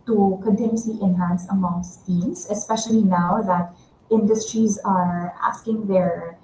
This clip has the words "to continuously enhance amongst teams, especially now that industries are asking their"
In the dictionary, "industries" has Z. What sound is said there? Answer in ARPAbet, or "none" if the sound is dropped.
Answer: Z